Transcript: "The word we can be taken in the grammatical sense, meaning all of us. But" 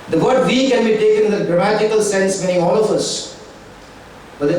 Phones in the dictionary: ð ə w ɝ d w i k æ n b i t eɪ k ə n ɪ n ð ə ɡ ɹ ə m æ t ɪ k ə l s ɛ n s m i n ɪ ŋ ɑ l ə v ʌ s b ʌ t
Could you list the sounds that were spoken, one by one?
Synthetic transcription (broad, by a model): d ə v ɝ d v i k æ n b i t eɪ k ə n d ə ɡ ɹ ə m æ t ɪ k ə l s ɛ n s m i ɪ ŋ ɑ l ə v ʌ s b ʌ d